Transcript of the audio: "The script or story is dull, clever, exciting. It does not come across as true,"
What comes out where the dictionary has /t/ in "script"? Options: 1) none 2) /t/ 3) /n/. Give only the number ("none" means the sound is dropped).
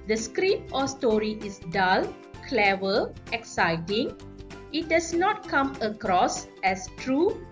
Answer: 1